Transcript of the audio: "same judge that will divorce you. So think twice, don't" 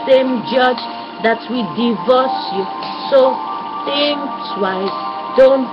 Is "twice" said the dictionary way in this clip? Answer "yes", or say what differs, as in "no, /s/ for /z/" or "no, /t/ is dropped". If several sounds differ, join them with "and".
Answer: no, /s/ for /t/